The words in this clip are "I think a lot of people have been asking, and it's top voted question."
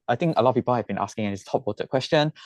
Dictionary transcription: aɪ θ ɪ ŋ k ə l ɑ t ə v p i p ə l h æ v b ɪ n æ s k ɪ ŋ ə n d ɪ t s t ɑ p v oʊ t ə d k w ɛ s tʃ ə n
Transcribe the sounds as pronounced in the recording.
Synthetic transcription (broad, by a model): aɪ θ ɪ ŋ k ə l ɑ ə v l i b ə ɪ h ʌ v b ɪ n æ s k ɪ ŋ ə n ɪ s t ɑ p w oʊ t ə k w ɛ s tʃ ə n